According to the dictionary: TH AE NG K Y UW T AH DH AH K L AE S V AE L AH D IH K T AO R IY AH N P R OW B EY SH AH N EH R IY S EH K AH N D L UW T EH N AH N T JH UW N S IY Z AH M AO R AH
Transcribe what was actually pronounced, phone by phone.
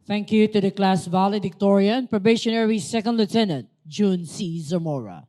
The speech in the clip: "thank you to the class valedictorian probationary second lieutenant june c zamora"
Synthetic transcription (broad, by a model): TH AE NG K Y UW T AH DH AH K L AE S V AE L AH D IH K T AO R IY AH N P R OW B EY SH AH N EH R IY S EH K AH N D L UW T EH N AH N T JH UW N S IY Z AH M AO R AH